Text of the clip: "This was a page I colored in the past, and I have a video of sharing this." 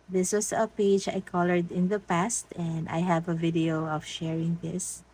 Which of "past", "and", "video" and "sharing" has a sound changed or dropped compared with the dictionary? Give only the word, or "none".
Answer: none